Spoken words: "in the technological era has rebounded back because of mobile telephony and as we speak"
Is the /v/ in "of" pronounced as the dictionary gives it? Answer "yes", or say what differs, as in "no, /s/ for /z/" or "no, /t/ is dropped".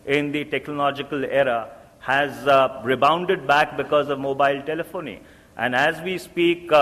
yes